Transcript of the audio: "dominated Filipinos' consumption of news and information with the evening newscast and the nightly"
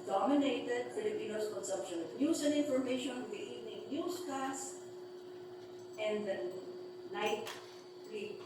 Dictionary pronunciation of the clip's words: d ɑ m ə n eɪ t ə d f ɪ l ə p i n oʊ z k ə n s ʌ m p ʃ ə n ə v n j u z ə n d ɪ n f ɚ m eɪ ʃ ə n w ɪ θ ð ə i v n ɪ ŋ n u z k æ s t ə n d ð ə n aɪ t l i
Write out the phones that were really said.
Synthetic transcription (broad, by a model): d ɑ m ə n eɪ t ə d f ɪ l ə p i n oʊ s k ə n s ʌ m p ʃ ə n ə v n j u s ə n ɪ n f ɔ m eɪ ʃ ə n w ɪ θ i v n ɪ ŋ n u s k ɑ s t ə n d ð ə n aɪ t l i